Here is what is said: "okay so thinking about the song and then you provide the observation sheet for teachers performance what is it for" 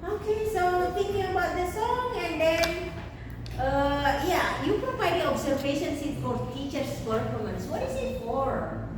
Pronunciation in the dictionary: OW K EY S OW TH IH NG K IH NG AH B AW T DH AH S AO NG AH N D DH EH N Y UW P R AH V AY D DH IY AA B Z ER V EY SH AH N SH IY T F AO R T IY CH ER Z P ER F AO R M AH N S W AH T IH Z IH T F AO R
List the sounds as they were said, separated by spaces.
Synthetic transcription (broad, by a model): OW K EY S OW T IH NG K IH NG AH B AW T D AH S AO NG AH N D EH N Y UW P R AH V AY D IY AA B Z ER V EY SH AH N S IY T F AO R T IY CH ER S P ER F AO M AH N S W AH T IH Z IH T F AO R